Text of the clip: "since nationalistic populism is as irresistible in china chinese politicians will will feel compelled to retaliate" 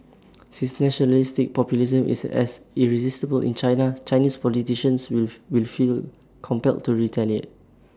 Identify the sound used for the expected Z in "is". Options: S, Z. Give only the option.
S